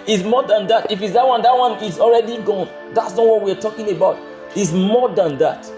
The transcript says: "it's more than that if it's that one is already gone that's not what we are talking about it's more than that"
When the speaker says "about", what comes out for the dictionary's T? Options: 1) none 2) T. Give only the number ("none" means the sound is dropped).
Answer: 2